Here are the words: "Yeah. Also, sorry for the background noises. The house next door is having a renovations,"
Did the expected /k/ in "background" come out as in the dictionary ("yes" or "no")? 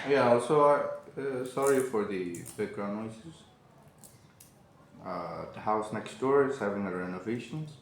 no